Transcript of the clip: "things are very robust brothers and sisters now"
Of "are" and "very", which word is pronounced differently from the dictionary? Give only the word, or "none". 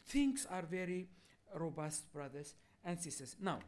none